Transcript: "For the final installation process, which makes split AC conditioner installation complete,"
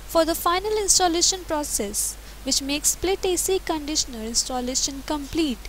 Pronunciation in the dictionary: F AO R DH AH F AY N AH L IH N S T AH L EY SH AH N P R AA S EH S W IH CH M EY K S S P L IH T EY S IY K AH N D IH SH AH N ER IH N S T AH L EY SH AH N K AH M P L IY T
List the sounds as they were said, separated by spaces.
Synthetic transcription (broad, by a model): F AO R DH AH F AY N AH L IH N S T AH L EY SH AH N P R AA S EH S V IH CH M EY K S S P L IH T EY S IY K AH N D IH SH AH N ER IH N S T AH L EY SH AH N K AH M P L IY T